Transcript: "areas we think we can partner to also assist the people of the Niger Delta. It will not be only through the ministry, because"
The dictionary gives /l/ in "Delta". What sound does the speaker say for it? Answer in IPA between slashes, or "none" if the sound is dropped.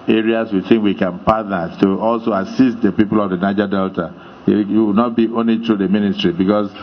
/l/